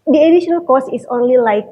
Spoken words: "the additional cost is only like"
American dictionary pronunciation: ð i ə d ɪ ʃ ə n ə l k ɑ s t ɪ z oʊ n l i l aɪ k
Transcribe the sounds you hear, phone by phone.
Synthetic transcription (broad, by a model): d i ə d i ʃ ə n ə l k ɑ s ɪ s oʊ n l i l aɪ k